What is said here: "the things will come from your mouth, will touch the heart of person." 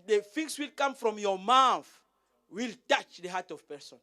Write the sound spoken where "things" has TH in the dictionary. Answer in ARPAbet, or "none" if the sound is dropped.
F